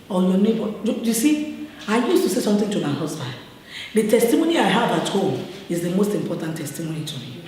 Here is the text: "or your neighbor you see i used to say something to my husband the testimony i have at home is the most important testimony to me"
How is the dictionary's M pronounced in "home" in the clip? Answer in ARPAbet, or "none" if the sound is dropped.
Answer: none